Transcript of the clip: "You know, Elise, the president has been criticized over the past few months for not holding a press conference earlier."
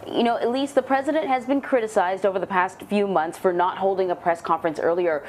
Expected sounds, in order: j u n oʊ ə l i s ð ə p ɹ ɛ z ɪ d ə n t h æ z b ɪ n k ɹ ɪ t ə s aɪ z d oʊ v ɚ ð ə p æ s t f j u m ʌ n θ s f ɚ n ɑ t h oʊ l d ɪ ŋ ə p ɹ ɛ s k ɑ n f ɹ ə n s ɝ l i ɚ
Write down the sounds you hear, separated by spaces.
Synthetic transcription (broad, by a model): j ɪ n oʊ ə l i s ð ə p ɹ ɛ z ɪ d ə n t h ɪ z b ɪ n k ɹ ɪ t ə s aɪ z d oʊ v ɚ ð ə p æ s t f j u m ʌ n θ s f ɚ n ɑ t h oʊ l d ɪ ŋ ə p ɹ ɛ s k ɑ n f ɹ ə n s ɝ l i ɚ